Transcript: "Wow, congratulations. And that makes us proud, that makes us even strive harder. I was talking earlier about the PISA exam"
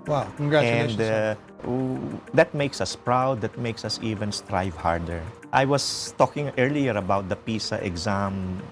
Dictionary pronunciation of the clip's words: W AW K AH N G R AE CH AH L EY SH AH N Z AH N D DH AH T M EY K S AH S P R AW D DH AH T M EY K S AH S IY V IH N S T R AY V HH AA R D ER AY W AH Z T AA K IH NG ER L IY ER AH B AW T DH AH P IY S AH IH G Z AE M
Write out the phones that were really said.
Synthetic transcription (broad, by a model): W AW K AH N G R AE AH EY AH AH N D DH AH T M EY K S AH S P R AW D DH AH T M EY K S AH S IY V IH N S T R AY V HH AA R D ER AY W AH S T AA K IH NG ER L IY ER AH B AW T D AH P IY S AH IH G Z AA M